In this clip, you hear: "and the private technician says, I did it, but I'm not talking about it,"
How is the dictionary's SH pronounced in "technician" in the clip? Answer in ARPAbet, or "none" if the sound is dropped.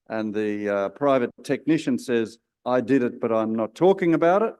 SH